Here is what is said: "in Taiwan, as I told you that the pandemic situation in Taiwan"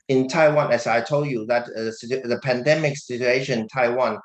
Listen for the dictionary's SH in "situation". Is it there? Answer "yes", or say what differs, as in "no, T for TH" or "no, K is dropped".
no, SH is dropped